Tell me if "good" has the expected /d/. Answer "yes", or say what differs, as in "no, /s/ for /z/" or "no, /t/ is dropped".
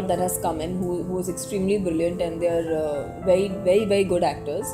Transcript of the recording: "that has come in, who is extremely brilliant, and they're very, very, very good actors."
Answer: yes